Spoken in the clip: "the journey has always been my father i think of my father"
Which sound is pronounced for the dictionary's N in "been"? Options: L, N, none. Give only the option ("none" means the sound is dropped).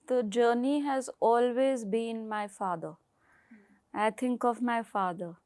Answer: N